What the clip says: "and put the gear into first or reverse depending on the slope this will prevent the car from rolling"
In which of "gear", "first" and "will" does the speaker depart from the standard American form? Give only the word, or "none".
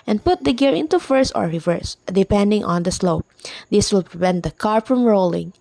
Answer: first